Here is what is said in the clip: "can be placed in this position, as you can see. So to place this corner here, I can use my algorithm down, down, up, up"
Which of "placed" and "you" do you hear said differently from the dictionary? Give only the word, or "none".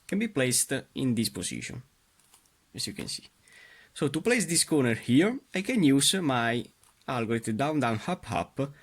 none